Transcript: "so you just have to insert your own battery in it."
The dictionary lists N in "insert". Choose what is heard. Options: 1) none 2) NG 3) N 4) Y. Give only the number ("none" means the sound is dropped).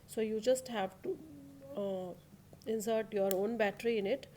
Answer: 3